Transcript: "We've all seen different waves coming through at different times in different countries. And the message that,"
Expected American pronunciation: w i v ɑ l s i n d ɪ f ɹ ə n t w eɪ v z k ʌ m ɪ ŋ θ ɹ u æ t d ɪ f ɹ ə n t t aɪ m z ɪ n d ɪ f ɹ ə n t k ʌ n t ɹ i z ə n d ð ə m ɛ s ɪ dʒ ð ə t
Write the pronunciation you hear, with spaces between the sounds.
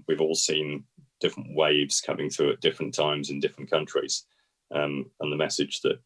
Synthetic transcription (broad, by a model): w i v ɑ l s i n d ɪ f ɹ ə n t w eɪ v z k ʌ m ɪ ŋ θ ɹ u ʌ t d ɪ f ɹ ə n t t aɪ m z ɪ n d ɪ f ɹ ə n k ʌ n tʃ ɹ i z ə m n ð ə m ɛ s ɪ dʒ ð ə t